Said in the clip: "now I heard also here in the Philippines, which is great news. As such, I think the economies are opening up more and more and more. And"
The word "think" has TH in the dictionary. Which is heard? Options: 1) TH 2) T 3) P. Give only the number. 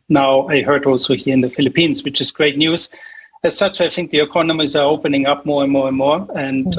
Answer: 1